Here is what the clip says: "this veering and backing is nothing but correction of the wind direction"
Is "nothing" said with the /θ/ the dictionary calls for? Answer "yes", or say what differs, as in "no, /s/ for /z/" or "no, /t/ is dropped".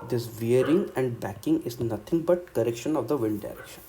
no, /t/ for /θ/